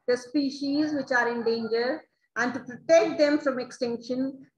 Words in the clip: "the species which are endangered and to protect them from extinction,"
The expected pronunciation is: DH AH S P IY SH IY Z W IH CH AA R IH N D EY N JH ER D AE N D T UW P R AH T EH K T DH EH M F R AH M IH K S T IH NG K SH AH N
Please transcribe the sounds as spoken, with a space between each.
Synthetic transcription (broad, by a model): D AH S P IY SH IY Z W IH CH AA R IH N D EY N JH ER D AE N D T UW P R AH T EH K T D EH M F R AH M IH K S T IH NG K SH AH N